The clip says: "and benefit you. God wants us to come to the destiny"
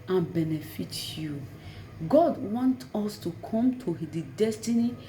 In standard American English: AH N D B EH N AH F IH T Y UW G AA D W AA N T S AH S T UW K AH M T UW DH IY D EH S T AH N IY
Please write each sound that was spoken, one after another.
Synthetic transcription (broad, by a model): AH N B EH N AH F IH T Y UW G AA D W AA N T AO S T UW K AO M T UW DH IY D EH S T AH N IY